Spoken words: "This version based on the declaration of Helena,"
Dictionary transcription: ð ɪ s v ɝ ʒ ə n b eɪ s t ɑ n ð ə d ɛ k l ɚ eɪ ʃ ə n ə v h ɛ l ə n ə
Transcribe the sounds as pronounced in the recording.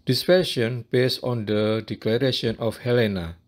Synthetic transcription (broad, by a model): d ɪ s f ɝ ʃ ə n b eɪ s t ɑ n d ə d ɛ k l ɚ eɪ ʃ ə n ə f h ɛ l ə n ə